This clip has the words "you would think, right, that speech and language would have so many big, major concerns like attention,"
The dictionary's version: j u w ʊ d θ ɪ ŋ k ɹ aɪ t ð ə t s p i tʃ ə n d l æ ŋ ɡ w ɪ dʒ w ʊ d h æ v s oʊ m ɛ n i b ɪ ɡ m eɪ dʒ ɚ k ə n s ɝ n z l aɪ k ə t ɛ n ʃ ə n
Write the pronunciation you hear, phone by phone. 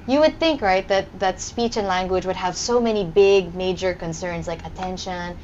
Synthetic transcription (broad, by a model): j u w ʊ d θ ɪ ŋ k ɹ aɪ t ð ə t s p i tʃ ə n l æ ŋ ɡ w ɪ dʒ w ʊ d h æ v s oʊ m ɛ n i b ɪ ɡ m eɪ dʒ ɚ k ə n s ɝ n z l aɪ k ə t ɛ n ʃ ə n